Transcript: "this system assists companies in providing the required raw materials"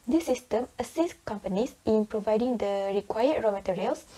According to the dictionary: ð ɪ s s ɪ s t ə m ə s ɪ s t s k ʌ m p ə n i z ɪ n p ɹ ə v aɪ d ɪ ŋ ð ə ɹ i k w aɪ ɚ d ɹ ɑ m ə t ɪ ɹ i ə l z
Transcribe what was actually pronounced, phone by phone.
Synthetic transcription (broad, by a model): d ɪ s s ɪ s t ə m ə s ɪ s s k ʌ m p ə n i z ɪ n p ɹ ə v aɪ d ɪ ŋ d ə ɹ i k w aɪ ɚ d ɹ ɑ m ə t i ɹ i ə l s